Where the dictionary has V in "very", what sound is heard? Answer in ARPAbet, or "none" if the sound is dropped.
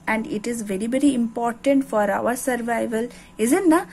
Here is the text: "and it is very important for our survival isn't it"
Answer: V